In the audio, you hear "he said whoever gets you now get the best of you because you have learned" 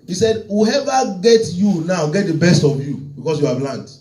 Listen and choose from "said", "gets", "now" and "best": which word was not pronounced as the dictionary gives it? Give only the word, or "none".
gets